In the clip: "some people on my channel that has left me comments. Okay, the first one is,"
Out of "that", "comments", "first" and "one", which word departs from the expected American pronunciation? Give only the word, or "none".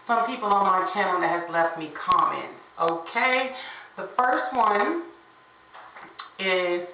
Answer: comments